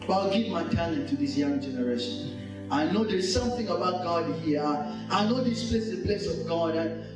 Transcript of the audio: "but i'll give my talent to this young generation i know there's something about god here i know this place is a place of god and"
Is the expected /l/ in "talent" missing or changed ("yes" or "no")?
yes